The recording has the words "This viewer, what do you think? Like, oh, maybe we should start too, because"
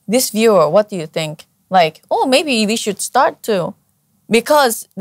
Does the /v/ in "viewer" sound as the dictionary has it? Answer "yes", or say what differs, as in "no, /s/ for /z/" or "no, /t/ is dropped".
yes